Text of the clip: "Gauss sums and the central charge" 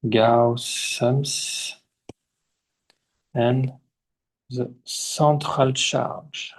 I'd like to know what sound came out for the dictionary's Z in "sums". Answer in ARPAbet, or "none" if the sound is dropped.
S